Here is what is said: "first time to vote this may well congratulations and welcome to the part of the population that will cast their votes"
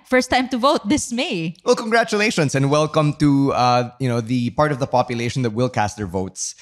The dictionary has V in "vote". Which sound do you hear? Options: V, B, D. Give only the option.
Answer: V